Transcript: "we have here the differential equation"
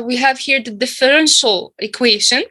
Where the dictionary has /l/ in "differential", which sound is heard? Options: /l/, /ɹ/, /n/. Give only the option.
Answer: /l/